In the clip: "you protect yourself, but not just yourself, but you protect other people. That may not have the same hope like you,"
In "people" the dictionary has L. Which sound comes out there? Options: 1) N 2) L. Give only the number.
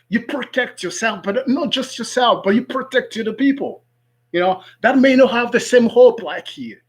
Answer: 1